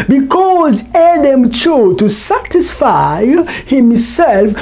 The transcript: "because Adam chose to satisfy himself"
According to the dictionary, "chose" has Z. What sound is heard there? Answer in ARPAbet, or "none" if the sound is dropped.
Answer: none